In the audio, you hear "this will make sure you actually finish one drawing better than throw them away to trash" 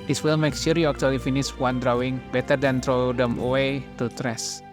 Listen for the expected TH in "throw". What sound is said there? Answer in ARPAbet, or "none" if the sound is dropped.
T